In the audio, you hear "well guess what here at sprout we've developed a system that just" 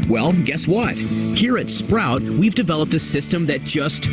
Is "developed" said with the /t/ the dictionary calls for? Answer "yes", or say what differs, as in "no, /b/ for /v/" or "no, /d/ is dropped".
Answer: yes